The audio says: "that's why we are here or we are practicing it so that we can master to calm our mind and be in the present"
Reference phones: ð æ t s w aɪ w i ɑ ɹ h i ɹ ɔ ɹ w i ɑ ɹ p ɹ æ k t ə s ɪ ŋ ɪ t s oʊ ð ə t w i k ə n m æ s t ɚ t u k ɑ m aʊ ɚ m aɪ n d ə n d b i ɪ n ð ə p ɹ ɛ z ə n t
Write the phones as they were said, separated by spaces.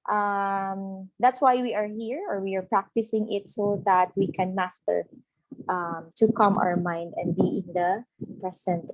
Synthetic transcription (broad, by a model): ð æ t s w aɪ w i ɑ ɹ h i ɹ ɔ ɹ w i ɑ ɹ p ɹ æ k t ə s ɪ ŋ ɪ t s oʊ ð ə t w i k ə n m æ s t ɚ t u k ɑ m aʊ ɚ m aɪ n d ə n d b i ɪ n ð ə p ɹ ɛ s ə n t